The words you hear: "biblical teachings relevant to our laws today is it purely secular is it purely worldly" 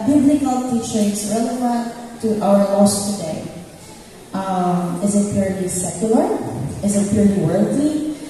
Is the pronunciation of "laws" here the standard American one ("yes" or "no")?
no